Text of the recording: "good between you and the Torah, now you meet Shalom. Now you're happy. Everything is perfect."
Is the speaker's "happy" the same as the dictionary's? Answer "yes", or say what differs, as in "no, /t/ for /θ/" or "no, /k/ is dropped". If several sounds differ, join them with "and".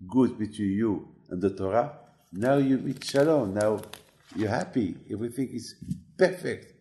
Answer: yes